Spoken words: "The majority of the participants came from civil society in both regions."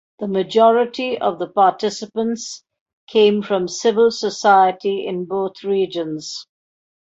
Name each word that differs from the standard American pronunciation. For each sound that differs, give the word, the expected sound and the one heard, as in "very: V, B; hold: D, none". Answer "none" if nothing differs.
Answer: both: TH, T